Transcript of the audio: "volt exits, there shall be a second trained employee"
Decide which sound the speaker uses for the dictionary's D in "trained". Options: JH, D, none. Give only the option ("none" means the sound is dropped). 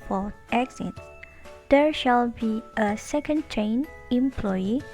none